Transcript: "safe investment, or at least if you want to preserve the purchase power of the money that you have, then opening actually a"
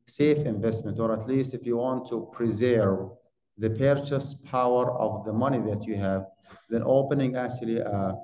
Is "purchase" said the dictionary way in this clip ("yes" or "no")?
yes